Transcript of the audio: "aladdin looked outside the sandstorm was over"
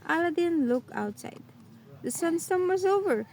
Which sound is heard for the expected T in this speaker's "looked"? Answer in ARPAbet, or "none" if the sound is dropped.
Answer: none